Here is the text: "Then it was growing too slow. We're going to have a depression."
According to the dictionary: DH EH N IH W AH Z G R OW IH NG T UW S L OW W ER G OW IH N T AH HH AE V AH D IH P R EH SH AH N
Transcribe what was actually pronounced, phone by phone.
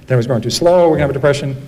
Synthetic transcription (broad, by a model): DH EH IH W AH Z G OW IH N T UW S L OW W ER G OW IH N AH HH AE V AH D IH P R EH SH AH N